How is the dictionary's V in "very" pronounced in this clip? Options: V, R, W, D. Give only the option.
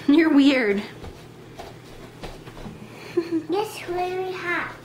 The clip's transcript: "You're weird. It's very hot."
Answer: W